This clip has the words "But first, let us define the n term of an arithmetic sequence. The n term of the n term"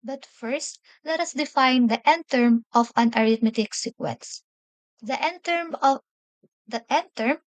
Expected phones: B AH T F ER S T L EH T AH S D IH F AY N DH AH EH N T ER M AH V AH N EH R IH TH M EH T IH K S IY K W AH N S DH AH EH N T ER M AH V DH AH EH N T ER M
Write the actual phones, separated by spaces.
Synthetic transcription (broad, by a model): B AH T F ER S T L EH T AH S D IH F AY N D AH EH N T ER M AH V AH N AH R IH T M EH T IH K S IY K W AH N S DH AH EH N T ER M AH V EH N T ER M